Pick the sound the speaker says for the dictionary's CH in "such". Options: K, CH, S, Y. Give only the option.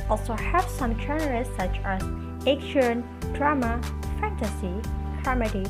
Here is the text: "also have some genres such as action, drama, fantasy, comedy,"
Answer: CH